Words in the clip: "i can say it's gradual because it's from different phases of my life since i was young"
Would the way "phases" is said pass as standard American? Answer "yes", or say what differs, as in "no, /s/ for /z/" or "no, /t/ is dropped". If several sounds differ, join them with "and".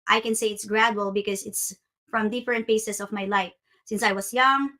no, /p/ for /f/ and /s/ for /z/ and /s/ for /z/